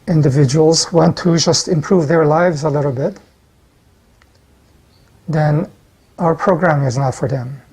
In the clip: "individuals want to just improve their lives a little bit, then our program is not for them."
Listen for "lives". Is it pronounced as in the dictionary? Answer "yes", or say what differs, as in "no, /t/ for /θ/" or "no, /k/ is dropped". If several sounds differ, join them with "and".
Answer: yes